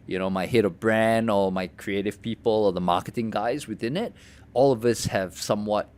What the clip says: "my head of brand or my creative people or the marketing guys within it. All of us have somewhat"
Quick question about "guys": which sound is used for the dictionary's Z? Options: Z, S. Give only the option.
Z